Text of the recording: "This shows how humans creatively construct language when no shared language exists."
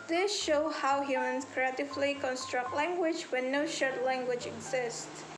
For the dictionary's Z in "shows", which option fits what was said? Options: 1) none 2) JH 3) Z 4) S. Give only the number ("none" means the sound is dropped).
1